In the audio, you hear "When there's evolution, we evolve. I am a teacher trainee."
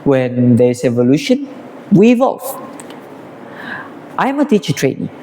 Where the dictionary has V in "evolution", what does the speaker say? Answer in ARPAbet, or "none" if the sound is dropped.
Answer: V